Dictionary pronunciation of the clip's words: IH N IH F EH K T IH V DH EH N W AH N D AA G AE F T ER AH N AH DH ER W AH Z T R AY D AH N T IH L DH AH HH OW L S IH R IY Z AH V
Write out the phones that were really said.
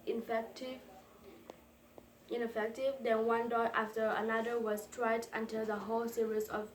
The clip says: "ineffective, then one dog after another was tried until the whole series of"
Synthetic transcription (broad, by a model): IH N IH F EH K T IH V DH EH N W AH N D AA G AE F T ER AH N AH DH ER W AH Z T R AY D AH N T IH L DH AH HH OW L S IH R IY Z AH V